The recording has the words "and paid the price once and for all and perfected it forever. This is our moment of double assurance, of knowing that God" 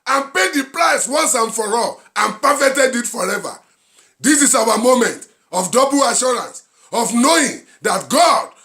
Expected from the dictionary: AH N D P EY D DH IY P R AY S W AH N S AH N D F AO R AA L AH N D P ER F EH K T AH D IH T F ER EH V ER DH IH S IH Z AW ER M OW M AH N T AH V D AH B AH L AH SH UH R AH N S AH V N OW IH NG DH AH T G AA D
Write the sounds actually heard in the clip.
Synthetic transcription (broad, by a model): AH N P EY D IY P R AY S W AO N S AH N F AO R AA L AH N P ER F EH T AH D IH T F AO EH V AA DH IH S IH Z AW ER M OW M AH N T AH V D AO B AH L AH SH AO R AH N S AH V N OW IH NG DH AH T G AA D